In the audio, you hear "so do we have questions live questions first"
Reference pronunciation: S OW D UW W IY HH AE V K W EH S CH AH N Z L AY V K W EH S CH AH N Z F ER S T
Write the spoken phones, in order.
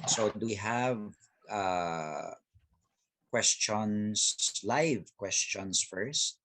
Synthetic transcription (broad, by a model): S OW D UW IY HH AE V K W EH S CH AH N S L AY V K W EH S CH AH N S F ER S T